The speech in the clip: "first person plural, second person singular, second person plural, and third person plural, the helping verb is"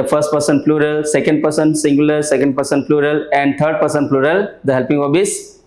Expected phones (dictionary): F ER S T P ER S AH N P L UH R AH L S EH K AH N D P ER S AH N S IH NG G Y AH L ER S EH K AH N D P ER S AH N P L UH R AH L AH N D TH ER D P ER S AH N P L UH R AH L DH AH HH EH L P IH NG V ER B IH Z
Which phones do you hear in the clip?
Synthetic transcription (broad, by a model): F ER S T P ER S AH N P L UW R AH L S EH K AH N D P ER S AH N S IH NG G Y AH L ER S EH K AH N D P ER S AH N P L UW R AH L AH N D T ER D P ER S AH N P L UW R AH L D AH HH EH L P IH NG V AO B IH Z